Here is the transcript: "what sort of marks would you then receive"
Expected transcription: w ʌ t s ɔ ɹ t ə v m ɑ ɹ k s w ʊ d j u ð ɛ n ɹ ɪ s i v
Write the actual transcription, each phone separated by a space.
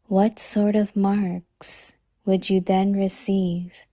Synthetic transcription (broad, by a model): w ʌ t s ɔ ɹ t ə v m ɑ ɹ k s w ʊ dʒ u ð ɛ n ɹ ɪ s i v